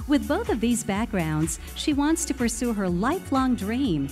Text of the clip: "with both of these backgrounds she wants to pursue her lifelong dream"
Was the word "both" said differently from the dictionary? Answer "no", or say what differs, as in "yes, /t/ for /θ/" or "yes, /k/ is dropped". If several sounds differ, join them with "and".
no